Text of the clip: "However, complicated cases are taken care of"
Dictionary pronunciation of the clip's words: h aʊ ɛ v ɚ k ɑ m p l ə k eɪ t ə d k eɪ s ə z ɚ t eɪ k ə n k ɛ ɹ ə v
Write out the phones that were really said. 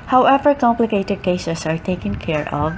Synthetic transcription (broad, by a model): h aʊ ɛ v ɚ k ɑ m p l ə k eɪ t ə d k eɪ ʃ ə s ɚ t eɪ k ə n k ɛ ɹ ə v